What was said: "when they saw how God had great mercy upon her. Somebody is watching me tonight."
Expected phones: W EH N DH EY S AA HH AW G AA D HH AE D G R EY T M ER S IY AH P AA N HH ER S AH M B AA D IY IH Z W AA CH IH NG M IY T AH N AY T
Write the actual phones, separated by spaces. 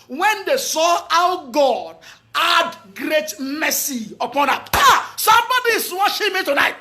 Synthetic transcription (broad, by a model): W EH N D EY S AA AW G AA D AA D G R EY T M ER S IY AH P AA N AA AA S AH M B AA D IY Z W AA SH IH M IY T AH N AY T